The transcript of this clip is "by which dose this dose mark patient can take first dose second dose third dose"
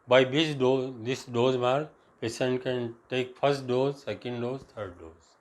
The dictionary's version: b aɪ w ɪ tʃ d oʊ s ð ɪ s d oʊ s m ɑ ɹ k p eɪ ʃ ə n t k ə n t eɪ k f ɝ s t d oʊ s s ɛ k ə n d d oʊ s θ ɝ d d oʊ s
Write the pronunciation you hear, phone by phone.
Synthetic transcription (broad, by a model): b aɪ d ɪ s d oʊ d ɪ s d oʊ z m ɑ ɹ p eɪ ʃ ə n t k ə n t eɪ k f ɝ s t d oʊ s s ɛ k ə n d d oʊ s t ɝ d d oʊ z